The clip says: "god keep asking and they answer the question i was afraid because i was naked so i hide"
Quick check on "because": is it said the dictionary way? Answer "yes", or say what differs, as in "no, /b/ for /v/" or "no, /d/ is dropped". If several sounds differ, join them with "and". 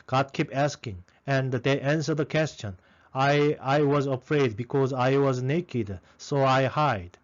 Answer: yes